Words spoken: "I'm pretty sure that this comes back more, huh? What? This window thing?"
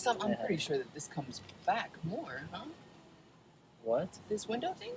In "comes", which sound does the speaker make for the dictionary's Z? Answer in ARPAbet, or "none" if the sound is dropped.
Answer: Z